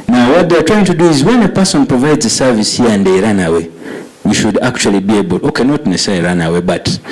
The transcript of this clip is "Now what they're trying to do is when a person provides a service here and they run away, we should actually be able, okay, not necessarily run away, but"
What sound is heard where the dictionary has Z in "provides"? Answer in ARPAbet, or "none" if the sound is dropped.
Z